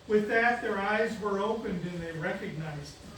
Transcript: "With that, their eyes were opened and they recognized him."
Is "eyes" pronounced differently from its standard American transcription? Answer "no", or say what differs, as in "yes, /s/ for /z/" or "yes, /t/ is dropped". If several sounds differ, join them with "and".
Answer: no